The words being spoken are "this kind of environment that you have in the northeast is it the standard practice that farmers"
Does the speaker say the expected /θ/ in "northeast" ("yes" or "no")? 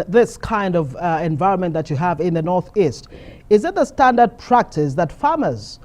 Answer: yes